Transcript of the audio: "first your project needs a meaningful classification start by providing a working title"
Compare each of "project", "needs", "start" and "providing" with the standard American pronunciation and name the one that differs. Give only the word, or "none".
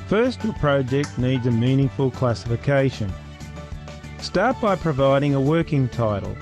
none